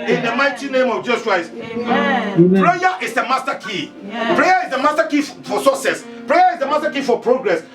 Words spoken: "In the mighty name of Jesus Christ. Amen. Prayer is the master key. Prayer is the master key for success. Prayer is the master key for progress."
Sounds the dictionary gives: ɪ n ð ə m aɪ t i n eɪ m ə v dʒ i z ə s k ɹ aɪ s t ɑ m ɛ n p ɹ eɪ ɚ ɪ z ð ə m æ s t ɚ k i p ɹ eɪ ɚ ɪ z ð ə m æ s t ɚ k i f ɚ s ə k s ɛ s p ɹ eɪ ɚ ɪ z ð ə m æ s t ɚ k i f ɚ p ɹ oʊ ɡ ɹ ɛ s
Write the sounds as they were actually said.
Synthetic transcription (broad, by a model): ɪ n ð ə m aɪ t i n eɪ m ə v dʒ i s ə s k ɹ aɪ s t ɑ p ɹ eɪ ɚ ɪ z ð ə m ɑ s t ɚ k i p ɹ eɪ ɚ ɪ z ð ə m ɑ s t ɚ k i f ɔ s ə s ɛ s p ɹ eɪ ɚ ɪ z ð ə m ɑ s t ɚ k i f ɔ p ɹ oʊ ɡ ɹ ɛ s